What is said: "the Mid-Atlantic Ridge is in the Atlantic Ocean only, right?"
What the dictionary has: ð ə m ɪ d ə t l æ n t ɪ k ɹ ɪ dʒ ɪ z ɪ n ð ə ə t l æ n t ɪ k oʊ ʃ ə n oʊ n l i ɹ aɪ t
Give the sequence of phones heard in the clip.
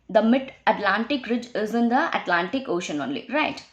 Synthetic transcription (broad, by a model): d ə m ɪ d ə t l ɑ n t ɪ k ɹ ɪ dʒ ɪ z ɪ n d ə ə t l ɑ n t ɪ k oʊ ʃ ə n oʊ n l i ɹ aɪ t